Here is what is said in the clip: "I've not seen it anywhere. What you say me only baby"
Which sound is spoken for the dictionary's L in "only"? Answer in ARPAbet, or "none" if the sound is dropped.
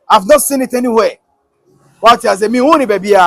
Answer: none